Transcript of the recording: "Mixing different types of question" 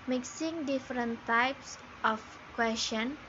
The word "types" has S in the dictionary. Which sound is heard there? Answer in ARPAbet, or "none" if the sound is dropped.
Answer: S